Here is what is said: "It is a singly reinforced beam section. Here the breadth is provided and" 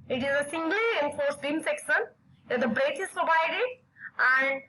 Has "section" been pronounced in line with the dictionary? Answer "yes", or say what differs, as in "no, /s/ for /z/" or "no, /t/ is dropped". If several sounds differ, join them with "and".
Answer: no, /s/ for /ʃ/